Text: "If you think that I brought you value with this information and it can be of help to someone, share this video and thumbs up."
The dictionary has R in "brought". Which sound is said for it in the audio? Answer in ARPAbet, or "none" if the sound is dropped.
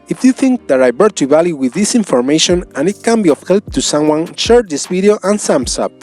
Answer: none